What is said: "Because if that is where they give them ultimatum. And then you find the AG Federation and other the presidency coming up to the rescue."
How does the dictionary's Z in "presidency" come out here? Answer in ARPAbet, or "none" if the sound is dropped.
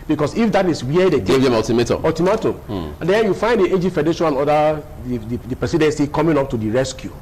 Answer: S